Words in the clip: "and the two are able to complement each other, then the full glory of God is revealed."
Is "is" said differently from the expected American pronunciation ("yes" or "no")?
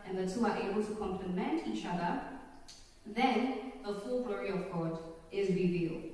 no